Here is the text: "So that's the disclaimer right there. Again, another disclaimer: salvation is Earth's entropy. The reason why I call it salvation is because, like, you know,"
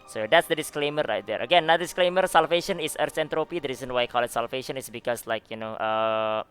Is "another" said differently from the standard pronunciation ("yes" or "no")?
yes